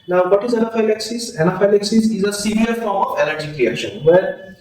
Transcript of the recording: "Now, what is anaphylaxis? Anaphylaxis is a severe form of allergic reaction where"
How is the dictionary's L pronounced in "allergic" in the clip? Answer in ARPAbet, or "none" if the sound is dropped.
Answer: N